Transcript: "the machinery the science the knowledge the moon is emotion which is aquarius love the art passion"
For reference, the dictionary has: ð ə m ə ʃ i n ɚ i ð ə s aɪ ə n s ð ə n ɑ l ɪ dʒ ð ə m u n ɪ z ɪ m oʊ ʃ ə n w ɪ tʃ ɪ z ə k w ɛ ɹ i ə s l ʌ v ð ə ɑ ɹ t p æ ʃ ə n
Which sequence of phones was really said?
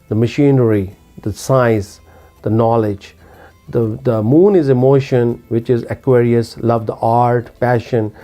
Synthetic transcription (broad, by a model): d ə m ə ʃ i n ɚ i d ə s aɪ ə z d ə n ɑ l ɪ dʒ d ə m u n ɪ z ɪ m oʊ ʃ ə n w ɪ tʃ ɪ z ə k w ɛ ɹ i ə s l ʌ v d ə ɑ ɹ t p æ ʃ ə n